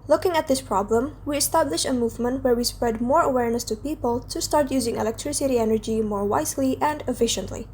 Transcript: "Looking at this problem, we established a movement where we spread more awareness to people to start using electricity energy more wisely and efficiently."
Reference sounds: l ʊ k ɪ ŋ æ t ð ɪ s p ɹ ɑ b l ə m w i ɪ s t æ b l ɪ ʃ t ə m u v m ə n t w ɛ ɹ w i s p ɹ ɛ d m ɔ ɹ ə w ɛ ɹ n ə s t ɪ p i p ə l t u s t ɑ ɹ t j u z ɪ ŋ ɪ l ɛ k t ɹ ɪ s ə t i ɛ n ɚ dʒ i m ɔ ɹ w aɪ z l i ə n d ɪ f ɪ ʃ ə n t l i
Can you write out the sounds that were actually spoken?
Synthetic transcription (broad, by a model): l ʊ k ɪ ŋ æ t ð ɪ s p ɹ ɑ b l ə m w i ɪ s t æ b l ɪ ʃ ə m u v m ə n t w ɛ ɹ w i s p ɹ ɛ d m ɔ ɹ ə w ɛ ɹ n ə s t ɪ p i p ə l t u s t ɑ ɹ t j u z ɪ ŋ ɪ l ɛ k t ɹ ɪ s ə t i ɛ n ɚ dʒ i m ɔ ɹ w aɪ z l i ə n d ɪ f ɪ ʃ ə n t l i